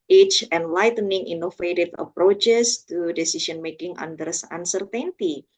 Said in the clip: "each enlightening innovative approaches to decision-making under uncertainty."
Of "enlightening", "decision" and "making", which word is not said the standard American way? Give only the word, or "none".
decision